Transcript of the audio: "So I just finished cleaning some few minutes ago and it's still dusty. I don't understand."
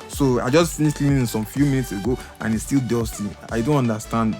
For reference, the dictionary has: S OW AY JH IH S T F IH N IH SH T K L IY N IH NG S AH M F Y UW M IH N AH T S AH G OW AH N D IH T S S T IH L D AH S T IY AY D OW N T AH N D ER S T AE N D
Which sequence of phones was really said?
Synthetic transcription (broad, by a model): S OW AY JH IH S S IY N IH S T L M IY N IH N S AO M F Y UW M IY N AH T S AH G OW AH N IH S S T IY L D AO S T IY AY D OW N T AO N D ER S T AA N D